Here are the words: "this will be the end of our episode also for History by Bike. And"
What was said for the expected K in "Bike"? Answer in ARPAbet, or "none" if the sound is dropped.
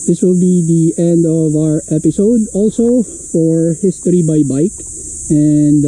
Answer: K